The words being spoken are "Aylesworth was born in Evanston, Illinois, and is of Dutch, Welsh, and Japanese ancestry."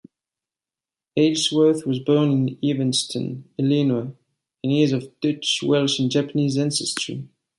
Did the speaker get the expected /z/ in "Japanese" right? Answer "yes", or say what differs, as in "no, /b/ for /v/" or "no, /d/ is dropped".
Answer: yes